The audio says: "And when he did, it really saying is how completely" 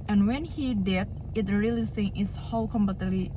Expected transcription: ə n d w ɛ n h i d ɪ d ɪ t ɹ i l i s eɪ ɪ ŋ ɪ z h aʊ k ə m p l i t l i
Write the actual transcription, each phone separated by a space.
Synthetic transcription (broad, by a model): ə n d w ɛ n h i d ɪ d ɪ t ɹ i l i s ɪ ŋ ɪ s h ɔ k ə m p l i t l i